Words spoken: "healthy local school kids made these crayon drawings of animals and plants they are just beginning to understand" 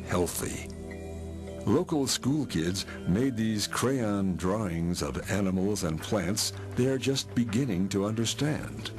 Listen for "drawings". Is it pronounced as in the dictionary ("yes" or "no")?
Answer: yes